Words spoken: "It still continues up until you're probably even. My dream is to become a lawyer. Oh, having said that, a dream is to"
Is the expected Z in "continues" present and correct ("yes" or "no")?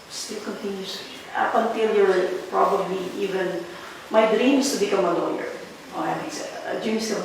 no